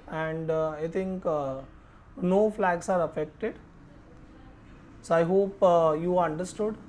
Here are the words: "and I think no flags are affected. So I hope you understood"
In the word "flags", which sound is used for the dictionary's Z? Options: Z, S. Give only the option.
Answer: S